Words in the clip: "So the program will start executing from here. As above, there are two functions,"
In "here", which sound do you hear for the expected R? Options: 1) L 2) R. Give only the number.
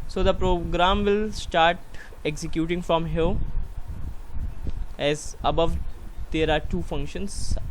1